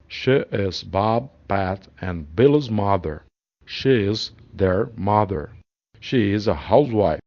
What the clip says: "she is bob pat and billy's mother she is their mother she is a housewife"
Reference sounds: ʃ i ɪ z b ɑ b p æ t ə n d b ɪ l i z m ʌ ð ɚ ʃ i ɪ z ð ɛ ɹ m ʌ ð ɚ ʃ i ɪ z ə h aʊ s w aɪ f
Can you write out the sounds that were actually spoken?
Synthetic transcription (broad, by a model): ʃ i ɪ z b ɑ b p æ t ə n b ɪ l i z m ʌ ð ɚ ʃ i ɪ z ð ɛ ɹ m ʌ ð ɚ ʃ i ɪ z ə h aʊ s w aɪ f